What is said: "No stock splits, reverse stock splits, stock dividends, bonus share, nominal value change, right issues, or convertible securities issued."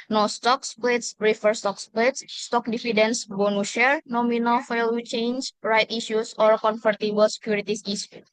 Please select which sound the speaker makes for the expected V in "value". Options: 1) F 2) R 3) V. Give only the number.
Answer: 1